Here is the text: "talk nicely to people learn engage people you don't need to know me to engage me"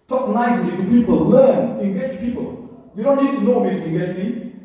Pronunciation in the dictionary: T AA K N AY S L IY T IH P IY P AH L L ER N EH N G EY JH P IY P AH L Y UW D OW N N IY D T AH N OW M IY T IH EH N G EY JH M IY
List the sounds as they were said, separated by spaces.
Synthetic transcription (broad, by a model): T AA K N AY S L IY T IH P IY P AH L L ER N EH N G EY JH P IY P AH L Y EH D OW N N IY D T AH N OW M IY T IH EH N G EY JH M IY